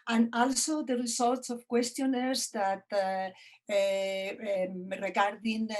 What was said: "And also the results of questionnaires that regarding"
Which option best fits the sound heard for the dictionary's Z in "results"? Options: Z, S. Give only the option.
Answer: S